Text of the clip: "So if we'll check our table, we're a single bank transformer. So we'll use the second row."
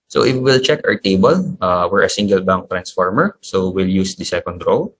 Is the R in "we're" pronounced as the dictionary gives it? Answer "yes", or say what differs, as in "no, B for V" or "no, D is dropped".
yes